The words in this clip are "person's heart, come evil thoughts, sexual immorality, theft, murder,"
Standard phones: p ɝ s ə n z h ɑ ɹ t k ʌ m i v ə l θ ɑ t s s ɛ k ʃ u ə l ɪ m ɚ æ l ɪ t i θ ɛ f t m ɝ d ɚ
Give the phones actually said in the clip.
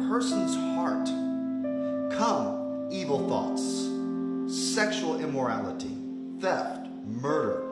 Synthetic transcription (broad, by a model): p ɝ s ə n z h ɑ ɹ t k ʌ m i v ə l θ ɑ t s s ɛ k ʃ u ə l ɪ m ɚ æ l ɪ t i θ ɛ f t m ɝ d ɚ